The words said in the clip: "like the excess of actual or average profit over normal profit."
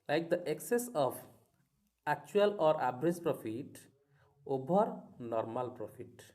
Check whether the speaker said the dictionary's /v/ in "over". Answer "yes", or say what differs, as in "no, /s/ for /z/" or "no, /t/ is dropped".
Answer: no, /b/ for /v/